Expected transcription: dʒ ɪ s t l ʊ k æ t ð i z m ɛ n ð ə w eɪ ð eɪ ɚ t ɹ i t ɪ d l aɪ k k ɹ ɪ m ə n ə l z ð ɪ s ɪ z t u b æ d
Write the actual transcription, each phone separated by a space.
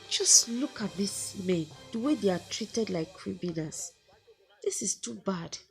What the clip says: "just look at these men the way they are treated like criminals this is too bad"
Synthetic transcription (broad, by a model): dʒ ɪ s t l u k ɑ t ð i s m ɛ n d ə w eɪ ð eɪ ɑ t ɹ i t ɪ d l aɪ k k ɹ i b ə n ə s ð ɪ s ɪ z t u b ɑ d